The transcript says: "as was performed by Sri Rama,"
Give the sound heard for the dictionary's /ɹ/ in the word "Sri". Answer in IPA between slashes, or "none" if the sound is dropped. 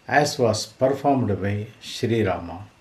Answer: /ɹ/